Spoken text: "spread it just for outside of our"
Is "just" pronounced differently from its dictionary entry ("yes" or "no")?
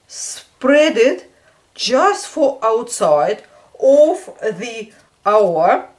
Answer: no